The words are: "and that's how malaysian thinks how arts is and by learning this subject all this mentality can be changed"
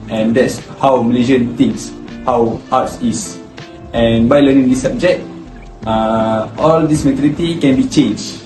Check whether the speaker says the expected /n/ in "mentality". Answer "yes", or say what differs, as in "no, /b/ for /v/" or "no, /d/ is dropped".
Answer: no, /n/ is dropped